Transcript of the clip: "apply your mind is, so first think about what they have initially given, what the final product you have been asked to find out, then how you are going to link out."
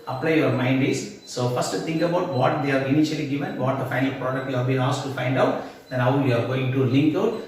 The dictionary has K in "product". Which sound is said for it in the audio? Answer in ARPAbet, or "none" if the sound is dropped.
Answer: K